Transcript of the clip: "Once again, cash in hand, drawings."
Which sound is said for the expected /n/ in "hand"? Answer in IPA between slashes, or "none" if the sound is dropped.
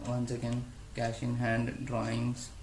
/n/